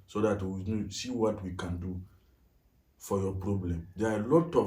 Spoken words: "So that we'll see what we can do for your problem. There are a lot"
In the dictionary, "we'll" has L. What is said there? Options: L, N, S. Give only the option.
N